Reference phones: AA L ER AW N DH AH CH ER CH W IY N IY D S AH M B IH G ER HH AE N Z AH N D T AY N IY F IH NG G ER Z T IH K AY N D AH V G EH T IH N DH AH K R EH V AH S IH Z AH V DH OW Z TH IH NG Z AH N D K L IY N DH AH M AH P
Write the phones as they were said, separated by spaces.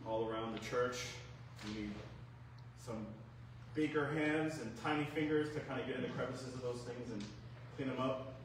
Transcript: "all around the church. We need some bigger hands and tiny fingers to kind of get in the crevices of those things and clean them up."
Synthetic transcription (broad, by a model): AA L ER AW N DH AH CH ER CH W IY N IY D S AH M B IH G ER HH AE N Z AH N T AY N IY F IH NG G ER Z T IH K AY N D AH G EH T IH N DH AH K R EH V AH S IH Z AH V DH OW Z TH IH NG Z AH N K L IY N DH AH M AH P